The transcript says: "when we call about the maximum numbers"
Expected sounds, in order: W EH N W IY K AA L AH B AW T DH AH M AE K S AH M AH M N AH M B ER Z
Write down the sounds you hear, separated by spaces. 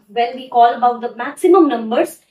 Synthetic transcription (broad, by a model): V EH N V IY K AA L AH B AW T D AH M AE K S AH M AH M N AH M B ER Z